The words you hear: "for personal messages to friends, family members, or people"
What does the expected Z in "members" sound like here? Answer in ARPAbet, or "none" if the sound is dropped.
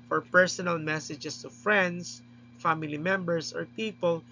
S